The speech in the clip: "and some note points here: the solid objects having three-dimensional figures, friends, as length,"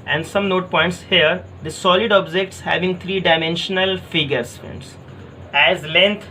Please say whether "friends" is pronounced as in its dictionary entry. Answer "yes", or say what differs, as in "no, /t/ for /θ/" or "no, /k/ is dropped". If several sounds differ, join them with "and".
no, /ɹ/ is dropped